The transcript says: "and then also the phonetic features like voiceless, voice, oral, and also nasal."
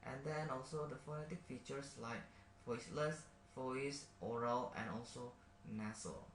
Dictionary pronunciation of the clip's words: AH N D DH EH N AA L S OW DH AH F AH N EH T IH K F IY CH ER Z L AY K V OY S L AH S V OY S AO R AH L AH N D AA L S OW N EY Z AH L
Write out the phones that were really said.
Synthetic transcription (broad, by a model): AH N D EH N AA L S OW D AH F AH N EH T IH K F IY CH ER S L AY K F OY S L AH S F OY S AO R AH L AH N AA L S OW N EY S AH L